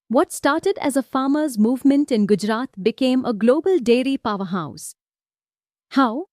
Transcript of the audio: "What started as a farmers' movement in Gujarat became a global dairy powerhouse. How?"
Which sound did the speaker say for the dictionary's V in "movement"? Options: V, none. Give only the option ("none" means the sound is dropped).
V